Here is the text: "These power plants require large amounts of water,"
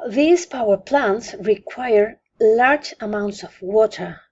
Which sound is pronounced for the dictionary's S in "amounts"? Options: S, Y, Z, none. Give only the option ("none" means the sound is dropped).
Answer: S